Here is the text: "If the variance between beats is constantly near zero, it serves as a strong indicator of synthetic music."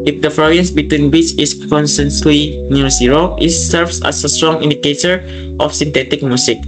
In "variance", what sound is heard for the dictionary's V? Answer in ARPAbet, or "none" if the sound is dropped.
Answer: F